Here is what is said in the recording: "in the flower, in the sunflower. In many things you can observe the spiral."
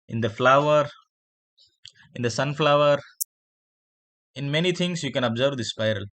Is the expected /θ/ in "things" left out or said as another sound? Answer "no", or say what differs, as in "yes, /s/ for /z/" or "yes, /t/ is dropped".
yes, /t/ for /θ/